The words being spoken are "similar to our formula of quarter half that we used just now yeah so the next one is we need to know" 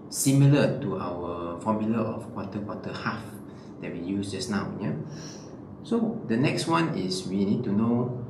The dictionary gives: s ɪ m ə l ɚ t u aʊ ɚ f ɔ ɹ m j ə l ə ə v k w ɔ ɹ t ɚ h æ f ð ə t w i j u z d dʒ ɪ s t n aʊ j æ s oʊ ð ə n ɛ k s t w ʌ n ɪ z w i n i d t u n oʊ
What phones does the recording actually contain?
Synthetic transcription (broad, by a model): s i m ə l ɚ t u aʊ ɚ f ɔ m j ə l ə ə f k w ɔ w t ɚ h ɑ f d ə t w i j u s dʒ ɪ s n aʊ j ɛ s oʊ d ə n ɛ k s t w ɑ n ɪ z w i n i d t u n oʊ